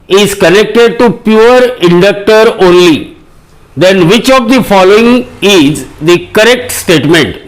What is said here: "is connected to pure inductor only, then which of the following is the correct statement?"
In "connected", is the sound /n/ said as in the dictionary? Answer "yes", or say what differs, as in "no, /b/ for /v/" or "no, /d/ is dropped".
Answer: yes